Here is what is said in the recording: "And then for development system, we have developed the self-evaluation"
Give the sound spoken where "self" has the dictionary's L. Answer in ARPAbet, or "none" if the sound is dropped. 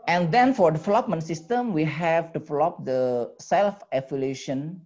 L